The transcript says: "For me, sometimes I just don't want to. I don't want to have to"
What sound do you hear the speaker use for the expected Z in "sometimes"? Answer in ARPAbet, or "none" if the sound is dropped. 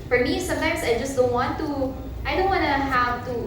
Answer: S